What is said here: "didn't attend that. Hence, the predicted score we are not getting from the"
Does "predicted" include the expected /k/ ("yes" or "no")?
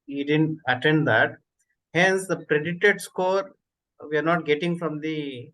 no